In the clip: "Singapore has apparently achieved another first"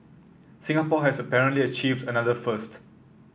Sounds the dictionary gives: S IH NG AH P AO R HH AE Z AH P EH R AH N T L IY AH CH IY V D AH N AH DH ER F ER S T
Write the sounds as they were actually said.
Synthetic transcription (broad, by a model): S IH NG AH P AO HH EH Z AH P EH R AH N T L IY AH CH IY V D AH N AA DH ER F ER S T